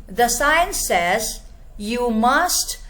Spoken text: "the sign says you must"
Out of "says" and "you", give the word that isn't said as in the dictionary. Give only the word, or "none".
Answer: none